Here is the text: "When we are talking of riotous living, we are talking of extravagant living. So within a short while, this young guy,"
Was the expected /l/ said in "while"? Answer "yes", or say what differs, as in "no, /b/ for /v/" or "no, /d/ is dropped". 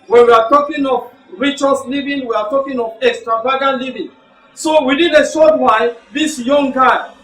no, /n/ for /l/